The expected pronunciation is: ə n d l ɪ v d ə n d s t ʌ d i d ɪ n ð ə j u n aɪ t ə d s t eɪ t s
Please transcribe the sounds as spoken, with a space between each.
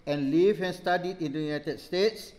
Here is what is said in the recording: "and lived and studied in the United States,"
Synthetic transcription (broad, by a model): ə n l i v ə n s t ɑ d i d ɪ n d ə j u n aɪ t ə d s t eɪ t s